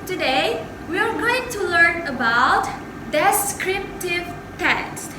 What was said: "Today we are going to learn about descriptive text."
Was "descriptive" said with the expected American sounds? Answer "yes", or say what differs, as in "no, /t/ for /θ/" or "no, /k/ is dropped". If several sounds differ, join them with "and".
yes